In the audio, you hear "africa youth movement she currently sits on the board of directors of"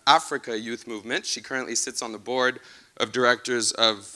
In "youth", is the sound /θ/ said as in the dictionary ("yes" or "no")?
yes